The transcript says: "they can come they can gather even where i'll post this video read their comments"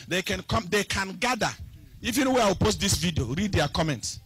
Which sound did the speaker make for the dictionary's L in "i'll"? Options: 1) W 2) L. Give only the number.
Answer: 1